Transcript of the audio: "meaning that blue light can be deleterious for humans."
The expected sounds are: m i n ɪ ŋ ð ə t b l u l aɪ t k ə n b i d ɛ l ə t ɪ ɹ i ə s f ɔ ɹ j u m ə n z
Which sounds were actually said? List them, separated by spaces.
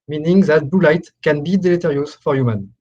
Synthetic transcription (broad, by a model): m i n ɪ ŋ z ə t b u l aɪ t k ə n b i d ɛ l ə t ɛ ɹ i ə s f ɔ ɹ j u m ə n